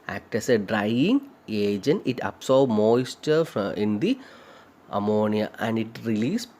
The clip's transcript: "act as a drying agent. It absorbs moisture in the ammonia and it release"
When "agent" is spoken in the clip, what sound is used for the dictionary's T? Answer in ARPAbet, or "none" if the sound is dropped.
none